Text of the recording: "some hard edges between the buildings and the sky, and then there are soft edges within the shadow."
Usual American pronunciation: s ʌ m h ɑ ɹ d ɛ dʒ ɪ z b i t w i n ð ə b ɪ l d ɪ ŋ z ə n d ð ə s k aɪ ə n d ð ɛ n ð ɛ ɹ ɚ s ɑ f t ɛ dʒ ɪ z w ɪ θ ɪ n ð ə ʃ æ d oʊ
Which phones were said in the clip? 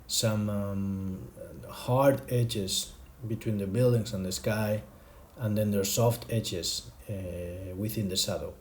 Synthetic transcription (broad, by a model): s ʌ m h ɑ ɹ d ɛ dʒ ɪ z b i t w i n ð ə b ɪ l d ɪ ŋ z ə n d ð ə s k aɪ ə n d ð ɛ n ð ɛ ɹ s ɑ f t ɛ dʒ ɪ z w ɪ θ ɪ n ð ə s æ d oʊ